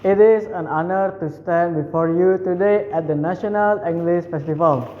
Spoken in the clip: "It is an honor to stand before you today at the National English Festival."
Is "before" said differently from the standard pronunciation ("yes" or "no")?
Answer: no